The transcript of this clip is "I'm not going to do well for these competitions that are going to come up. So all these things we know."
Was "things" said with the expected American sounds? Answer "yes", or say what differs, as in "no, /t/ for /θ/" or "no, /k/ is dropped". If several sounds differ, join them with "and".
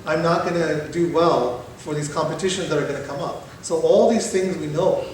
yes